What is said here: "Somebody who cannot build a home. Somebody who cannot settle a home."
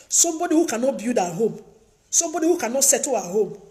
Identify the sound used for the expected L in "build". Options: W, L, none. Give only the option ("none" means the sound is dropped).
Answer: none